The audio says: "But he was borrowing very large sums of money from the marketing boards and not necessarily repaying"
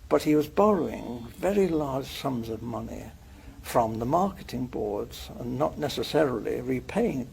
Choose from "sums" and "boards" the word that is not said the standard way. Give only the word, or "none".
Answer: none